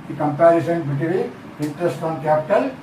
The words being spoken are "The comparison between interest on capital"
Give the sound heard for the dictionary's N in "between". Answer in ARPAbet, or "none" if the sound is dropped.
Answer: none